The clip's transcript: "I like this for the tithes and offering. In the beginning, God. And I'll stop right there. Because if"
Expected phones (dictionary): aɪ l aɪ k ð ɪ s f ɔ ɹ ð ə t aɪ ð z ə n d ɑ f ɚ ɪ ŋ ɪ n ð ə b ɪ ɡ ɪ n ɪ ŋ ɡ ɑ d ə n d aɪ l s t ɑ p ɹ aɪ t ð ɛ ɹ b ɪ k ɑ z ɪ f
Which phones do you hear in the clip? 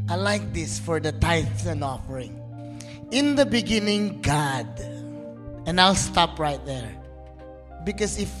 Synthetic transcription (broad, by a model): aɪ l aɪ k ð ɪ s f ɔ ɹ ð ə t aɪ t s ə n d ɑ f ɚ ɪ ŋ ɪ n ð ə b ɪ ɡ ɪ n ɪ ŋ ɡ ɑ d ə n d aɪ l s t ɑ p ɹ aɪ t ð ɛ ɹ b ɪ k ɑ s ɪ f